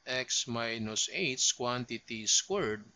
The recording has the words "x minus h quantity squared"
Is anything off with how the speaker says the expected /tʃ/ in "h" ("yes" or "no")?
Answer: yes